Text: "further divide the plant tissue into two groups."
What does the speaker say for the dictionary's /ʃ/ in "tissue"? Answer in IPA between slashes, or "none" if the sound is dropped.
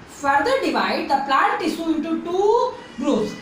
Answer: /s/